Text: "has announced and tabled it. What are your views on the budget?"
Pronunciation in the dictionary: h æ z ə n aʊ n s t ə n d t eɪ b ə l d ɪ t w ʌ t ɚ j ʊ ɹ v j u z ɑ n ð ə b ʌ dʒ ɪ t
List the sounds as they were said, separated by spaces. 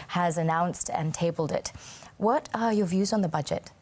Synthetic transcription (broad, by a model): h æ z ə n aʊ n s t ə n t eɪ b l d ɪ t w ʌ t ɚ j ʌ v j u z n ð ə b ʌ dʒ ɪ t